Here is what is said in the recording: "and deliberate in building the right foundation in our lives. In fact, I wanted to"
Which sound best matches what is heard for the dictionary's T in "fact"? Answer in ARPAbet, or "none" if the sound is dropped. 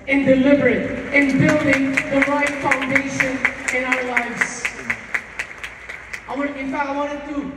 none